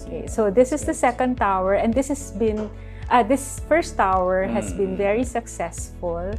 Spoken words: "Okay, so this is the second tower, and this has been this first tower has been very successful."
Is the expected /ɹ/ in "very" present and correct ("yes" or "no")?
yes